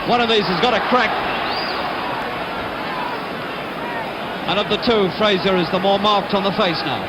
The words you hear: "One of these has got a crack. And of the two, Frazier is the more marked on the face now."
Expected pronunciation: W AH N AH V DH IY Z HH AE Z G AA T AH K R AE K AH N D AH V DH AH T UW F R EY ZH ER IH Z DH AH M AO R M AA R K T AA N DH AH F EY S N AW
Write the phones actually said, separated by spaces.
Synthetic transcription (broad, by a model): W AH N AH V DH IY Z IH Z G AA T AH K R AE K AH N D AH V DH AH T UW F R EY Z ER IH Z DH AH M AO R M AA R K T N DH AH F EY S N AW